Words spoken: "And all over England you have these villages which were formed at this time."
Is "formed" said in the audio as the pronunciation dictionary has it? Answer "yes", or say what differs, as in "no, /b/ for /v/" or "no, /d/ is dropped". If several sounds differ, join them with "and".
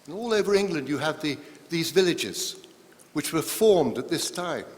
yes